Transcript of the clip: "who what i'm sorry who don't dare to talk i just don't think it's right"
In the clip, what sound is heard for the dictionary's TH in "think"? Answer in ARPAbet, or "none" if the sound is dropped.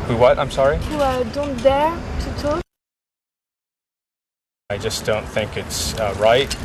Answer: TH